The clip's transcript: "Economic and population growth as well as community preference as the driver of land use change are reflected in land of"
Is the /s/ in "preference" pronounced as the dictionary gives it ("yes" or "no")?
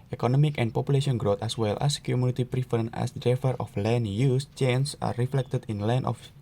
no